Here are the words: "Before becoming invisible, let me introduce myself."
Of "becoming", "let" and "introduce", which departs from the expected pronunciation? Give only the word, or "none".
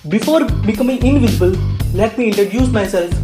introduce